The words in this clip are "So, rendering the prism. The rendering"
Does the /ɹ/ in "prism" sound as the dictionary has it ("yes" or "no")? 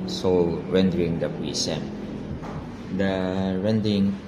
no